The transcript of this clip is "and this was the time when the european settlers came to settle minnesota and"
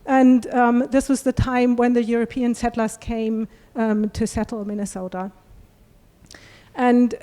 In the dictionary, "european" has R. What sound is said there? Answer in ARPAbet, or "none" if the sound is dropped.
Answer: R